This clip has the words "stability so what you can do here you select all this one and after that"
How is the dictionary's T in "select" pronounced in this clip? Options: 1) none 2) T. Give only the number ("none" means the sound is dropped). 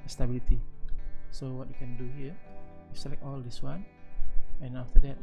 1